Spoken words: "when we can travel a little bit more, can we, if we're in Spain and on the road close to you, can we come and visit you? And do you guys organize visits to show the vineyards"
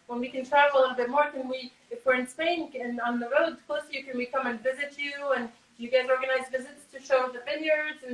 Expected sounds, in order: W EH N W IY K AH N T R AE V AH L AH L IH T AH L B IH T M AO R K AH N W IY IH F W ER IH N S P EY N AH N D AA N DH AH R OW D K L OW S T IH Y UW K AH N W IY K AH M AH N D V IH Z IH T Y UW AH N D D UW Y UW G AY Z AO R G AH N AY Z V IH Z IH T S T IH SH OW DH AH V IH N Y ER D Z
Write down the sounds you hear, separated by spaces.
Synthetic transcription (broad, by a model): W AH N W IY K AH N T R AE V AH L AH L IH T L B IH T M AO R K AH N W IY IH F W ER IH N S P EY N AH N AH N DH AH R OW D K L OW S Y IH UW K AH N W IY K AH M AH N V IH Z IH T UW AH N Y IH G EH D AO R G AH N AY Z V IH Z IH T S T IH SH OW DH AH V IH N Y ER D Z